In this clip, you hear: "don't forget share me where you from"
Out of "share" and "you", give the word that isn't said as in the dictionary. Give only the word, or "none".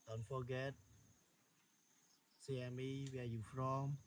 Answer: share